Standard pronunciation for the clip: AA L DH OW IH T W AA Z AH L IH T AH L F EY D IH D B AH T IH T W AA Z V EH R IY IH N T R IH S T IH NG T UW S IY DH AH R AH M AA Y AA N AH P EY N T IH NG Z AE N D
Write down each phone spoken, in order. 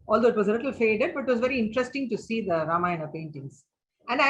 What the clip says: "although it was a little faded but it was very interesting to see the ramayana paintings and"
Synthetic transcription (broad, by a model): AA L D OW IH T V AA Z AH L IH T AH L F EY D IH D B AH T IH T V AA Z V EH R IY IH N T R IH S T IH NG T UW S IY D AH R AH M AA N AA AH P EY N T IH NG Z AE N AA